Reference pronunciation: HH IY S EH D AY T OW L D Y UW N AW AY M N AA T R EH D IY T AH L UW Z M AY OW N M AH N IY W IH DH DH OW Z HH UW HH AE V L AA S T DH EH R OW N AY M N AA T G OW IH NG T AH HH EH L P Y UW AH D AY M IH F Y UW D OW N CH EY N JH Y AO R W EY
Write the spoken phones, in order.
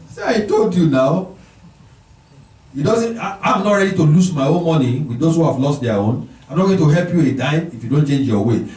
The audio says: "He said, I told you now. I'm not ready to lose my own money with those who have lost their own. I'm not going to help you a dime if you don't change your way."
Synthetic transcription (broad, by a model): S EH AY T OW L D Y UW N AW AY M N AA T R EH D IY T AH L UW S M AY OW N M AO N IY W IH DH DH OW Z HH UW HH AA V L AA S T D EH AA OW N AY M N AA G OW T AH HH EH L P Y UW AH D AY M IH F Y UW D OW N CH EY N JH Y AO W EY